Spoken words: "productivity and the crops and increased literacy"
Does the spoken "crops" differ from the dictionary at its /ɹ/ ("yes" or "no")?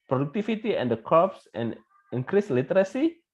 yes